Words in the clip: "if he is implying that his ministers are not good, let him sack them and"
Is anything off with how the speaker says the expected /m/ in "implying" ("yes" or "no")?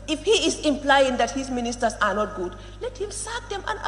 no